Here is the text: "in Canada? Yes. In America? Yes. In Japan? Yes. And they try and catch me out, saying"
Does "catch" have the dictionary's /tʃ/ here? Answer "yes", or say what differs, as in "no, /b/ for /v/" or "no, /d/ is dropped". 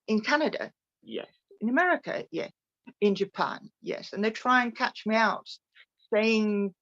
yes